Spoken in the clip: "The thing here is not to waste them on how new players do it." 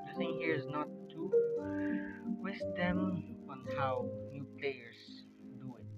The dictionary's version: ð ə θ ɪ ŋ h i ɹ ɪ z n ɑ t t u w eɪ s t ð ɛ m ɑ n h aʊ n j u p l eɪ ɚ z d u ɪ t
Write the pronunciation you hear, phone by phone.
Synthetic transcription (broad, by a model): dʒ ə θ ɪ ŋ h i ɹ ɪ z n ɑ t t u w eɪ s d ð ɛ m ɑ n h aʊ n j u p l eɪ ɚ s d u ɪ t